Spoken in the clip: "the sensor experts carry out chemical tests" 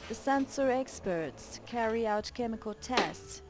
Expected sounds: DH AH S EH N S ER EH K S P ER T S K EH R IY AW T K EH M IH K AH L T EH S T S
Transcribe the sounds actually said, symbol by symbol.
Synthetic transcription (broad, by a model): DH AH S EH N S ER EH K S P ER T S K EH R IY AW T K EH M IH K AH L T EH S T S